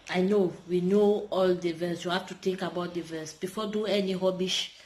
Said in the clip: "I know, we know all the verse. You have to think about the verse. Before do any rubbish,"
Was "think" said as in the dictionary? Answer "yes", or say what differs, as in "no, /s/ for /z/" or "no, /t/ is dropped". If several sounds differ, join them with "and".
no, /t/ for /θ/